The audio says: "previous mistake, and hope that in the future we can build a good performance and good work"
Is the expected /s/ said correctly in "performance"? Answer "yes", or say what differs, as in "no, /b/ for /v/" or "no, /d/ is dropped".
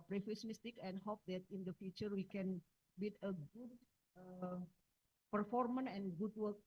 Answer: no, /s/ is dropped